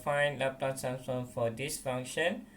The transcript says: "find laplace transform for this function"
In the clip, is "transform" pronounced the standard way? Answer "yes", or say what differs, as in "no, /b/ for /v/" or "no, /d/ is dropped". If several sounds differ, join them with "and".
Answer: no, /f/ is dropped